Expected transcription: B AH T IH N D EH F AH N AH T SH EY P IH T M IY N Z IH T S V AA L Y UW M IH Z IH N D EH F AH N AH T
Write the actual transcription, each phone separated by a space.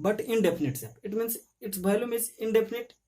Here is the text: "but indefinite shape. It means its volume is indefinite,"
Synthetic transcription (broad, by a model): B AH T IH N D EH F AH N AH T S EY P IH T M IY N S IH T S B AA L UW M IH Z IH N D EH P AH N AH T